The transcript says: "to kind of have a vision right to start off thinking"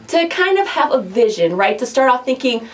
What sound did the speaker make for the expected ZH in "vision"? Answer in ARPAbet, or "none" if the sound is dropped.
ZH